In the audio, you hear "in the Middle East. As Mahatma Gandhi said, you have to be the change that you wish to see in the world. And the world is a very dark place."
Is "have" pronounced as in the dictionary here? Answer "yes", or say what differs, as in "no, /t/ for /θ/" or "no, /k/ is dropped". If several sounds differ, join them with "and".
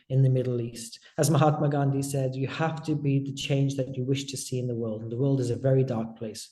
no, /f/ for /v/